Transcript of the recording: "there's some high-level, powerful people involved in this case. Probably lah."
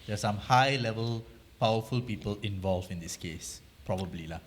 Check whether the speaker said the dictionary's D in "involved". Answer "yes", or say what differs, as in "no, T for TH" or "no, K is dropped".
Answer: no, D is dropped